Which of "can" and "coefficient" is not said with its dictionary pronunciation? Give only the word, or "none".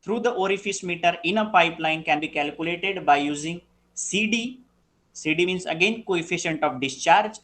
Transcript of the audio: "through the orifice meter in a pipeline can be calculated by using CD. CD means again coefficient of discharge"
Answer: none